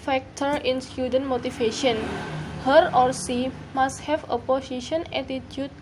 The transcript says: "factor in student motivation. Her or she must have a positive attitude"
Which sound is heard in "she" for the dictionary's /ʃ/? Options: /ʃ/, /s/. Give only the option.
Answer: /s/